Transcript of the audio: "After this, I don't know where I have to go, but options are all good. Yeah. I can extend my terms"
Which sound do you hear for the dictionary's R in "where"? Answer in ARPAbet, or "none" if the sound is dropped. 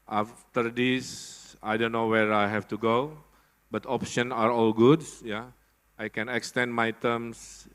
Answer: R